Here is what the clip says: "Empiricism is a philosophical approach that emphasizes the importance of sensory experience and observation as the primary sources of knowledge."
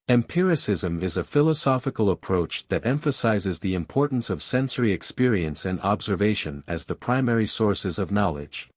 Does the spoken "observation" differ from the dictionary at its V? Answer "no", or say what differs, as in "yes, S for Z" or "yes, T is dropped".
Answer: no